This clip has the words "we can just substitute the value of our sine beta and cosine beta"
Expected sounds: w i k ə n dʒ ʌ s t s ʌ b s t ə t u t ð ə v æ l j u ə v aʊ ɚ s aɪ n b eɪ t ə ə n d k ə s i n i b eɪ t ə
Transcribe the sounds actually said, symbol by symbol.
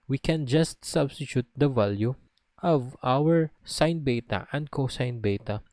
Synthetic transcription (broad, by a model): w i k ə n dʒ ʌ s t s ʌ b s t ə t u t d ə v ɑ l j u ə v aʊ ɚ s aɪ n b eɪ t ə ə n d k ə s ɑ n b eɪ t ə